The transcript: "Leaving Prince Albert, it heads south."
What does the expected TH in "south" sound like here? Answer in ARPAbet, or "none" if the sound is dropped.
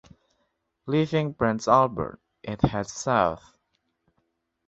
TH